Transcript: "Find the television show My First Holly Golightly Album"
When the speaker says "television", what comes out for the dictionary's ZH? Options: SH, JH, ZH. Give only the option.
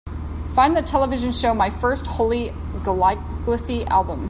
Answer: ZH